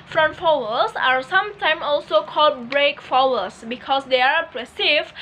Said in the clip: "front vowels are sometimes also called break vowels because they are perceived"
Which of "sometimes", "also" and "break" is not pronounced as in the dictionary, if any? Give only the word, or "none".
sometimes